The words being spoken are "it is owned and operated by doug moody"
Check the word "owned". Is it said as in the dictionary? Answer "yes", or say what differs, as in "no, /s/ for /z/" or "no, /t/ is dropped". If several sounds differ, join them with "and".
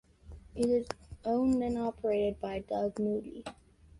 no, /d/ is dropped